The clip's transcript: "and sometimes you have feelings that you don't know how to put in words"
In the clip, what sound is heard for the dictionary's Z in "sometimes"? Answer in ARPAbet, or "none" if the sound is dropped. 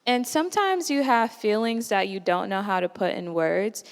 Z